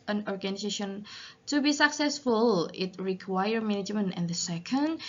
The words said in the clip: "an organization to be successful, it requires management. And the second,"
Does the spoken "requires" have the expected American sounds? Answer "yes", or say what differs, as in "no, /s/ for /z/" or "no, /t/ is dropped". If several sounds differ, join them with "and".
no, /z/ is dropped